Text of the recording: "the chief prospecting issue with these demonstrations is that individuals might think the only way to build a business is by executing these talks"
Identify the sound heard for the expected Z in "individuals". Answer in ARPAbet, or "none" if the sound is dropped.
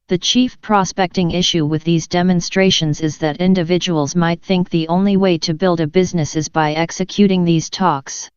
Z